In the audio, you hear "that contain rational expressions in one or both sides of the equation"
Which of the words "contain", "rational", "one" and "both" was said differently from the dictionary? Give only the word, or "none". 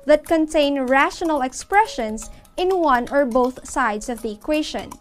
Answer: none